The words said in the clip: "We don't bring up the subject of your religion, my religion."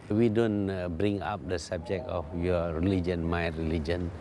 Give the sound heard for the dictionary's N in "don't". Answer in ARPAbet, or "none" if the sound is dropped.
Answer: N